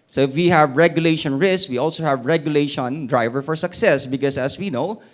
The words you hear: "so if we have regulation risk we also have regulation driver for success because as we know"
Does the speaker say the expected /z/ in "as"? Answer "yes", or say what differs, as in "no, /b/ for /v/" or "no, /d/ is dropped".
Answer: no, /s/ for /z/